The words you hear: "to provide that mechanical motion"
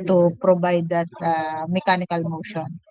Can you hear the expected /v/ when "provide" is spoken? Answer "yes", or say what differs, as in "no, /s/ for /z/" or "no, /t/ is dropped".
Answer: no, /b/ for /v/